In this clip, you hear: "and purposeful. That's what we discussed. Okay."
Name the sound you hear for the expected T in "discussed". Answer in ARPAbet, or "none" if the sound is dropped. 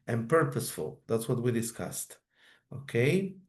T